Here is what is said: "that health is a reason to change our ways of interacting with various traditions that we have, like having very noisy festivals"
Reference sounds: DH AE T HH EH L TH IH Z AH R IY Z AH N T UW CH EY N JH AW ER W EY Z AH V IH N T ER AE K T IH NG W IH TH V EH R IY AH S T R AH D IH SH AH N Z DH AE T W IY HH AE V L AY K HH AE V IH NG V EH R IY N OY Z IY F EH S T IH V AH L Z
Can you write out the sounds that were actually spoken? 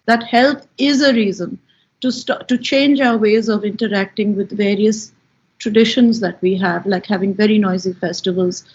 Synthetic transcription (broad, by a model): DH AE T HH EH L T IH Z AH R IY Z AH N T UW CH EY N JH AW ER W EY Z AH V IH N T ER AE K T IH NG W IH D V EH R IY AH S T R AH D IH SH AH N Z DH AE T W IY HH AE V L AY K HH AE V IH NG V EH R IY N OY Z IY F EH S T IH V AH L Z